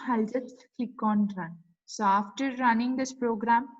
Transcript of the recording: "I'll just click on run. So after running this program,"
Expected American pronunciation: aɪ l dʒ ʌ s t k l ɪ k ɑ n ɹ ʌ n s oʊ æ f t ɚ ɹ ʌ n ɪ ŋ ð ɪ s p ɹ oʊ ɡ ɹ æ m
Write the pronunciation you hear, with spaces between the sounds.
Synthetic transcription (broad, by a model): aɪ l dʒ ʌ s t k ɪ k ɑ n ɹ ʌ n s oʊ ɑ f t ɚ ɹ ʌ n ɪ ŋ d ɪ s p ɹ oʊ ɡ ɹ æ m